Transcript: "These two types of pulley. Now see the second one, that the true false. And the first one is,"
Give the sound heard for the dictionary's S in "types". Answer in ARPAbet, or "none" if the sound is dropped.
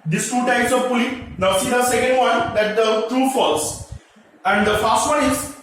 S